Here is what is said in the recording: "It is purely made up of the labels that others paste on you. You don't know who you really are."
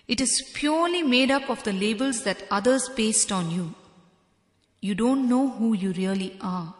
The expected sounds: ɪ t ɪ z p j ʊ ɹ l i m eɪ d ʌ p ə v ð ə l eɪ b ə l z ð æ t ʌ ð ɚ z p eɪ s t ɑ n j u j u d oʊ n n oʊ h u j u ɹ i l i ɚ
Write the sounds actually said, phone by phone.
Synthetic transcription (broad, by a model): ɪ t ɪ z p j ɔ ɹ l i m eɪ d ʌ p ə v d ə l eɪ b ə l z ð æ t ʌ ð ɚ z b eɪ s t ɑ n j u j u d oʊ n n oʊ h u j u ɹ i l i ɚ